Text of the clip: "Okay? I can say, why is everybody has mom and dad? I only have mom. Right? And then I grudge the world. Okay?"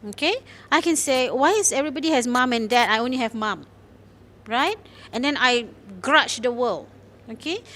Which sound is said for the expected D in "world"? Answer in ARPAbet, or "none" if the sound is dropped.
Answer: none